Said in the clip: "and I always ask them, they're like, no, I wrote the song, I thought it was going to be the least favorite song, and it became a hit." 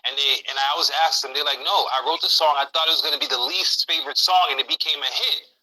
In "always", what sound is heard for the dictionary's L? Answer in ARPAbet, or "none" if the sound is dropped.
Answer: N